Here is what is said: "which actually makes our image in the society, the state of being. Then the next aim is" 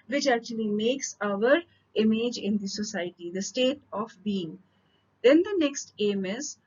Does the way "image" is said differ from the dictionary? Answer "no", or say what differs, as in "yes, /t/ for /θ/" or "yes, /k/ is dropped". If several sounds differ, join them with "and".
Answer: no